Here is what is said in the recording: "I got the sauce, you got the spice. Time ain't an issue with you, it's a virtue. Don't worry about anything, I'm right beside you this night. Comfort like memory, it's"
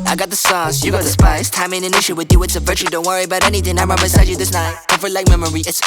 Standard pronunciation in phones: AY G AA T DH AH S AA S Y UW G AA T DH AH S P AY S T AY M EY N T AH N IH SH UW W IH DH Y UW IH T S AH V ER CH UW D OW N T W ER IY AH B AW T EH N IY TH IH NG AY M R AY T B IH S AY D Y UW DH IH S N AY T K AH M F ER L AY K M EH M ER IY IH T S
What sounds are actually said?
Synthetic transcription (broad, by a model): AY G AA T DH AH S AA S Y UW G AA T DH AH S P AY S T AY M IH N AH N IH SH UW W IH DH Y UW IH T S AH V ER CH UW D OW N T W ER IY AH B AW T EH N IY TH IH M AY M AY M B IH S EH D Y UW DH IH S N AY T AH F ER L AY K M EH M ER IY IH T S